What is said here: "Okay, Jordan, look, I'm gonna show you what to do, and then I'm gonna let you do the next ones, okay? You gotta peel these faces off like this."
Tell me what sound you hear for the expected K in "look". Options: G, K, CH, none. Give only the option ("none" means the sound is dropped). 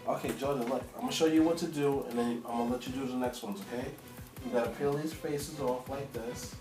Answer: none